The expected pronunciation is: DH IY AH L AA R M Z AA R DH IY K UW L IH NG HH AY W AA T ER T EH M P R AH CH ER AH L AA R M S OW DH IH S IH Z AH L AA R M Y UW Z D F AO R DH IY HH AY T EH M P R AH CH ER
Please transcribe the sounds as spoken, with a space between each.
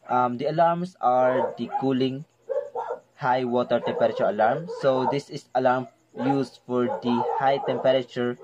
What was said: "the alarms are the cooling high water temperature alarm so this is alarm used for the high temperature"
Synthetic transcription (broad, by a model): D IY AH L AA R M S AA R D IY K UW L IH NG HH AY W AA T ER T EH M P R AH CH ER AH L AA R M S OW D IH S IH S AH L AA R M Y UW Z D F AO R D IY HH AY T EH M P R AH CH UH